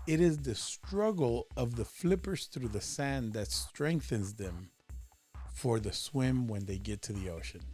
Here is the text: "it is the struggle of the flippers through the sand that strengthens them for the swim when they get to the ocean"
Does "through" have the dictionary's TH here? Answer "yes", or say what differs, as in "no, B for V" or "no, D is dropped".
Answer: yes